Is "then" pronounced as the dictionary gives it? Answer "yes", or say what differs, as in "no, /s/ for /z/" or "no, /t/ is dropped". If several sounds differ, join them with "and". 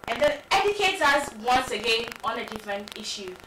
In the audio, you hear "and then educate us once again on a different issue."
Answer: no, /n/ is dropped